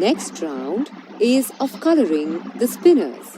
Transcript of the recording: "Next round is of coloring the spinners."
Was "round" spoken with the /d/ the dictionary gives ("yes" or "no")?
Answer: yes